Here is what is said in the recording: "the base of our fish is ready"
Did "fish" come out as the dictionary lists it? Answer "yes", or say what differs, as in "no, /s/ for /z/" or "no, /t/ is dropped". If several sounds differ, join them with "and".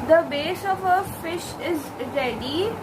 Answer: yes